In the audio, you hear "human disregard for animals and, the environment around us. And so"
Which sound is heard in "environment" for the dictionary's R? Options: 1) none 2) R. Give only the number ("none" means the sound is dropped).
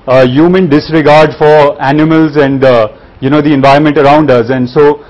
2